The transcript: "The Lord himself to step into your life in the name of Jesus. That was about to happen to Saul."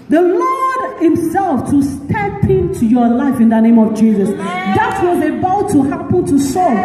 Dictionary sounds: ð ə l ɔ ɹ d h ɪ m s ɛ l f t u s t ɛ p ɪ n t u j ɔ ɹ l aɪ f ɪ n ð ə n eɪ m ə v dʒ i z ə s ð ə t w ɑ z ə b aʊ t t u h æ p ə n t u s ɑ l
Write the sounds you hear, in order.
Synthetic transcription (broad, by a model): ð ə l ɔ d h ɪ m s ɛ l f t u s t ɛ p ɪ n t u j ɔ l aɪ f ɪ n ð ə n eɪ m ə v dʒ i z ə s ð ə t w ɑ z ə b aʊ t t u h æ p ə n t u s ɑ